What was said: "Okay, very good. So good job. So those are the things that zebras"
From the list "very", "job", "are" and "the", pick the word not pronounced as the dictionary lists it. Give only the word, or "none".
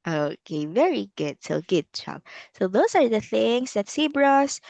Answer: job